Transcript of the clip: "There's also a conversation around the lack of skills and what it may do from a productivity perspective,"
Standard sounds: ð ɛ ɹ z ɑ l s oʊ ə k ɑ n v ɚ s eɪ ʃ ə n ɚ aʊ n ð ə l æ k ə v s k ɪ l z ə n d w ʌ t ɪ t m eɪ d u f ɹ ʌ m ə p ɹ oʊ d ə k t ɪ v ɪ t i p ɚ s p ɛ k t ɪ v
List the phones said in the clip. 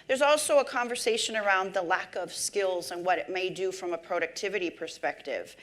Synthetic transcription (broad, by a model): ð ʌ ɹ z ɑ l s oʊ ə k ɑ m v ɚ s eɪ ʃ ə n ɚ aʊ n ð ə l æ k ə v s k ɪ l z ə n w ʌ t ɪ t m eɪ d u f ɹ ʌ m ə p ɹ oʊ d ə k t ɪ v ɪ t i p ɚ s p ɛ k t ɪ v